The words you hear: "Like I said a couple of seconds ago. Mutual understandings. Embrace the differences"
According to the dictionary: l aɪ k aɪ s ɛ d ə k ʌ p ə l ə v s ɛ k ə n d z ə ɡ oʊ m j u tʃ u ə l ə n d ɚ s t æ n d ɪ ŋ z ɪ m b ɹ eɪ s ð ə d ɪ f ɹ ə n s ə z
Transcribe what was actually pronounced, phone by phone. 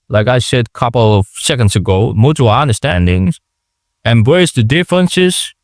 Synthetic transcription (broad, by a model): l aɪ k aɪ s ɛ d ə k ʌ p l ə v s ɛ k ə n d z ə ɡ oʊ m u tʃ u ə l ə n d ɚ s t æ n d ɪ ŋ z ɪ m b ɹ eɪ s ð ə d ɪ f ɹ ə n s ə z